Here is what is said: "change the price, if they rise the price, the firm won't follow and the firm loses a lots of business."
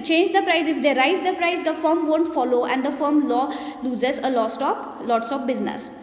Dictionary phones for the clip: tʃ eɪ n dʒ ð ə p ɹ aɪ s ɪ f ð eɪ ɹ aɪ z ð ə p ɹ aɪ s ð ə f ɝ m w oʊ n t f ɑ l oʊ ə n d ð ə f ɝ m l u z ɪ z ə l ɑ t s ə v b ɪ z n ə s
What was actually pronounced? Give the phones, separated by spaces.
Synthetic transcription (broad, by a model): tʃ eɪ n dʒ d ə p ɹ aɪ s ɪ f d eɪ ɹ aɪ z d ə p ɹ aɪ s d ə f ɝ m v oʊ n t f ɑ l oʊ ə n d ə f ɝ m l u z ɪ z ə l ɑ t s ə p b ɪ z n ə s